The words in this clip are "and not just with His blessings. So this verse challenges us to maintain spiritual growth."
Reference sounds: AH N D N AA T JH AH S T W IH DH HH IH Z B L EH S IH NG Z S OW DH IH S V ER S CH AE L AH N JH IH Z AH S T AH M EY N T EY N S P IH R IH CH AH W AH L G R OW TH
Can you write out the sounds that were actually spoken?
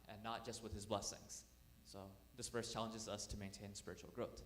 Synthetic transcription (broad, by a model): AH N N AA T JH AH S T W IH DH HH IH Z B L EH S IH NG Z S OW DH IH S F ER S CH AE L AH N JH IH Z AH S T AH M EY N T EY N S P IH R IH CH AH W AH L G R OW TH